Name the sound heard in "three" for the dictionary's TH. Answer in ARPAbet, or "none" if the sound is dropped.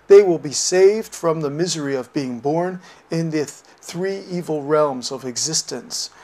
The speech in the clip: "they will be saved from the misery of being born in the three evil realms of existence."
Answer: TH